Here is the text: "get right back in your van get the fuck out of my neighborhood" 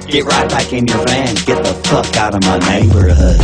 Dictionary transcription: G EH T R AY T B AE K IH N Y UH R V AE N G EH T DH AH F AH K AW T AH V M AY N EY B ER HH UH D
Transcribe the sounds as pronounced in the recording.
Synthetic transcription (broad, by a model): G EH T R AY T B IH K IH N Y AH R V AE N G EH T DH AH P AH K AW T AH V M AY N EY B ER HH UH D